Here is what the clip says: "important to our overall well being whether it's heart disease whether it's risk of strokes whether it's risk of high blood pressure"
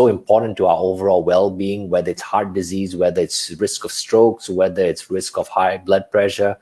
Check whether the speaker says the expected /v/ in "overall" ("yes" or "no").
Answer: yes